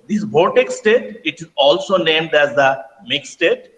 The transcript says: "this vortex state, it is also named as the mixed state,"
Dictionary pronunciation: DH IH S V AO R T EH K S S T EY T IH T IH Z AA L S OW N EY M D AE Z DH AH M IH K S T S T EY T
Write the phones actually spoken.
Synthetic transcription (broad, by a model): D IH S B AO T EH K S S T EY T IH T IH Z AA L S OW N EY M D AE Z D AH M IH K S S T EY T